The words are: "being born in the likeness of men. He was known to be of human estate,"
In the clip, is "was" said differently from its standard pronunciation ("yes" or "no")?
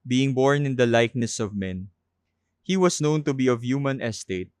yes